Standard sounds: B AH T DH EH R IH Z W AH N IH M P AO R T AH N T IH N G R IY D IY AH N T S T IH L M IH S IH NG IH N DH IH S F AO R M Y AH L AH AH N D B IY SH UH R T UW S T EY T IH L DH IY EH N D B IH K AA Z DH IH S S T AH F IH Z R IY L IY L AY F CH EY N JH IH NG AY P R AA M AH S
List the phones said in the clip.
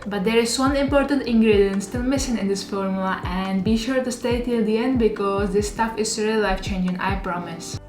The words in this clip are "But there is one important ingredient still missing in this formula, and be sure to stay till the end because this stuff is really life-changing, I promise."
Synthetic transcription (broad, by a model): B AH T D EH R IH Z W AH N IH M P AO R T AH N T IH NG G R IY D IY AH N S T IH M IH S IH NG IH N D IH S F AO R M Y L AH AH N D B IY SH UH R T UW S T EY T IH L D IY EH N D B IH K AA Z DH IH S S T AH F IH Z R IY IY L AY F CH EY N JH IH NG AY P R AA M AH S